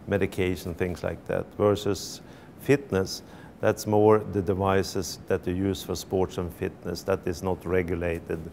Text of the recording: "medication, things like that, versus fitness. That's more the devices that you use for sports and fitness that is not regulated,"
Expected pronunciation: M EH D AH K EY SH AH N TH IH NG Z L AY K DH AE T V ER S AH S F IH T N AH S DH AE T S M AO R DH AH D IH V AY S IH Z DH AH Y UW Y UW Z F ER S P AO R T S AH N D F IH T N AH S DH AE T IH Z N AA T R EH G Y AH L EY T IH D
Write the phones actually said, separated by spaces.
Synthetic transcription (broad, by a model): M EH D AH K EY SH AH N TH IH NG S L AY K DH AE T V ER S AH S F IH T N AH S DH AE T S M AO R DH AH D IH V AY S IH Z DH AH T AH Y UW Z F ER S P AO R T S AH N F IH T N AH S DH AE T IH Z N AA T R EH G Y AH L EY T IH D